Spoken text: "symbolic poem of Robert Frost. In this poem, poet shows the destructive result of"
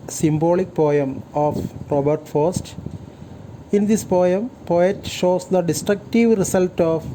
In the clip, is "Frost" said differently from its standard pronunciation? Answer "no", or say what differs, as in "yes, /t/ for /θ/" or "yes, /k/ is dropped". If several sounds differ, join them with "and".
yes, /ɹ/ is dropped